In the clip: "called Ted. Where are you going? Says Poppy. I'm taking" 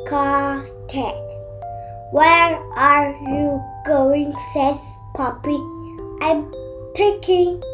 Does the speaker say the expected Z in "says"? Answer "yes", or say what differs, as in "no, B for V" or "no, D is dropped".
no, S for Z